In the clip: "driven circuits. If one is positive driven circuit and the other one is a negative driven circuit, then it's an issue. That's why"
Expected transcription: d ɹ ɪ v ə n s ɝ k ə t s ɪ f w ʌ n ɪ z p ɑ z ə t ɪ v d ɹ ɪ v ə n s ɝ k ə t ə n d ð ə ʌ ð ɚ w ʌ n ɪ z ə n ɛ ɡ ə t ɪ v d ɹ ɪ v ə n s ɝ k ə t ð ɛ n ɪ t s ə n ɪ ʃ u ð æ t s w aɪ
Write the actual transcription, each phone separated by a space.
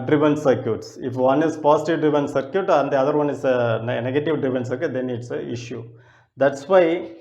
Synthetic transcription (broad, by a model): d ɹ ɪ v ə n s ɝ k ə t s ɪ f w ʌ n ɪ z p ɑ s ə t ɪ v d ɹ ɪ v ə n s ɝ k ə t ə n d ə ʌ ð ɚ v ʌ n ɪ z ə n ɛ ɡ ə t ɪ v d ɹ ɪ v ə n s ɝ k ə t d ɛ n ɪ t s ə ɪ ʃ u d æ t s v aɪ